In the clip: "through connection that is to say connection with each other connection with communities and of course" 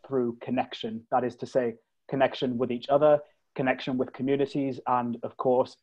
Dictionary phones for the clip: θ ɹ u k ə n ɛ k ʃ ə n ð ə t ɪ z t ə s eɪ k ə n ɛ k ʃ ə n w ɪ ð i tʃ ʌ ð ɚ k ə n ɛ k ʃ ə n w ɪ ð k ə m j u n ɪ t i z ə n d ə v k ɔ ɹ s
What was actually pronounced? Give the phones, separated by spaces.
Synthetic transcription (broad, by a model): θ ɹ u k ə n ɛ k ʃ ə n ð ə t ɪ z t ə s eɪ k ə n ɛ k ʃ ə n w ɪ ð i tʃ ʌ ð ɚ k ə n ɛ k ʃ ə n w ɪ ð k ə m j u n ɪ t i z ə n ə v k ɔ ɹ s